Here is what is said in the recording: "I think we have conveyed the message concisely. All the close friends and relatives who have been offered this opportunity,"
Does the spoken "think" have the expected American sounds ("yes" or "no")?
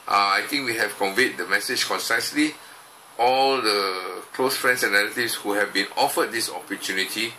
no